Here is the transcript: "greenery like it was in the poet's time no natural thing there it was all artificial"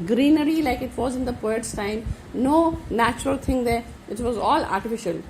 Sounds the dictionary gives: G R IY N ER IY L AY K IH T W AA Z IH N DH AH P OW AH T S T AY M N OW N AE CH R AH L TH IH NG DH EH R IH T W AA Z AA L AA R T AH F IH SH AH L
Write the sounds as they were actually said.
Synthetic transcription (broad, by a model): G R IY N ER IY L AY K IH T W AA Z IH N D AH P OW AH T S T AY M N OW N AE CH R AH L T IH NG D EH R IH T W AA Z AA L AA R T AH F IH SH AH L